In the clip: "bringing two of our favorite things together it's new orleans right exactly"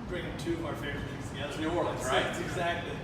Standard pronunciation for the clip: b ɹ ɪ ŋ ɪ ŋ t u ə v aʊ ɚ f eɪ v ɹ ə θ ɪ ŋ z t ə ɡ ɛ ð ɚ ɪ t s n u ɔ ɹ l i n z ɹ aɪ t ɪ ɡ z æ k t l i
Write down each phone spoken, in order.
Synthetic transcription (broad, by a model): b ɹ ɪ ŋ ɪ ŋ t u ə v aʊ ɚ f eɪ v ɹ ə t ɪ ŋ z t ə ɡ ɛ ð ɚ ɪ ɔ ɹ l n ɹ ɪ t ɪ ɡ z æ k t l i